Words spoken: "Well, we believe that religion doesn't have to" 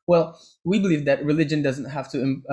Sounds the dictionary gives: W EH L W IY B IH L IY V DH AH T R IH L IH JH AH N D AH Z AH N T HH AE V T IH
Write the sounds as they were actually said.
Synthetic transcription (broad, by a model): W EH L W IY B IH L IY V DH AH T R IH L IH JH AH N D AH Z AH N T HH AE F T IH